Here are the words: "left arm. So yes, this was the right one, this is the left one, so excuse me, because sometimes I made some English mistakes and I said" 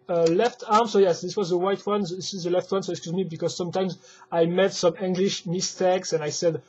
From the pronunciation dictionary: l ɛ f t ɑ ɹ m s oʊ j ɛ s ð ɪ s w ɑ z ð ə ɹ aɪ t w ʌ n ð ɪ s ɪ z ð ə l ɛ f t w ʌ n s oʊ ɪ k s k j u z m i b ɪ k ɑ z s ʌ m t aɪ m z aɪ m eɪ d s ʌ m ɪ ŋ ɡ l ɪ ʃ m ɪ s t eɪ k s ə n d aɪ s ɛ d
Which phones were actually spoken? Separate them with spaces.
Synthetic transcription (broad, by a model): l ɛ f t ɑ ɹ m s oʊ j ɛ s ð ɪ s w ɑ z ð ə w aɪ t w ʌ n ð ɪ s ɪ z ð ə l ɛ f t w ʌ n s oʊ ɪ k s k j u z m i b ɪ k ɑ z s ʌ m t aɪ m z aɪ m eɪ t s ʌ m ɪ ŋ ɡ l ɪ ʃ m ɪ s t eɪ k s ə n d aɪ s ɛ d